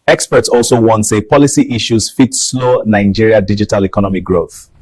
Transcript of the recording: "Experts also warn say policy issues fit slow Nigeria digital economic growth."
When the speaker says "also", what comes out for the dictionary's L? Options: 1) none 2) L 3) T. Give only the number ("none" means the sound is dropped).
2